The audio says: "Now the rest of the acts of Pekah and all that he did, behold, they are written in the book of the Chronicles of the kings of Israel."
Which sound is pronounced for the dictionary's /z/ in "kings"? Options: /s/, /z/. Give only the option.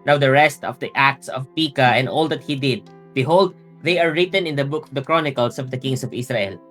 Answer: /s/